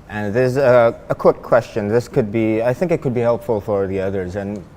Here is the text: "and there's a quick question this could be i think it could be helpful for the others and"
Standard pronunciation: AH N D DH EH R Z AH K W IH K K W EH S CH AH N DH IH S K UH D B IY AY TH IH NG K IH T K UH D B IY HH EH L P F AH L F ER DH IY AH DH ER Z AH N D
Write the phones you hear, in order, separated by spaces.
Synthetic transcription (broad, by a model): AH N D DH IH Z AH K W IH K K W EH S CH AH N DH IH S K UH D B IY AY TH IH NG K IH T K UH D B IY HH EH L P F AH L F ER DH IY AH DH ER Z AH N